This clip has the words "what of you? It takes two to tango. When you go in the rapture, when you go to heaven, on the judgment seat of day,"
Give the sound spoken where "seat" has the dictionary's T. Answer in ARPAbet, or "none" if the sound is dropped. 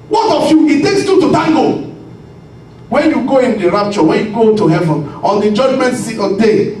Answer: none